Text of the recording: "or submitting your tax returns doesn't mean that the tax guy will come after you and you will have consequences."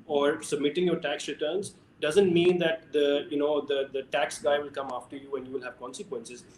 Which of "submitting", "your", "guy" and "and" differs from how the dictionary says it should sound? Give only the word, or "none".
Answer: none